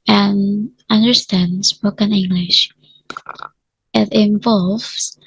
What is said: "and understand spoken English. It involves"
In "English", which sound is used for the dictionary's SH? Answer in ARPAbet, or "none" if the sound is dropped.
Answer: SH